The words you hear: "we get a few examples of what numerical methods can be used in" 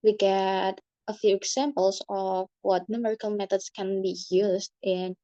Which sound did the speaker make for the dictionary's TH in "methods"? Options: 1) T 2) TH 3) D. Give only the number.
1